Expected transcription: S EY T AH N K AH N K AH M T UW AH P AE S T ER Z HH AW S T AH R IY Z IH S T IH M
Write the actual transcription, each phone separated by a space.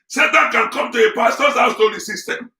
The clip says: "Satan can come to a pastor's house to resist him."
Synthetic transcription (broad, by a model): S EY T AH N K AH N K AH M T UW AH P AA S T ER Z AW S T AH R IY S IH S T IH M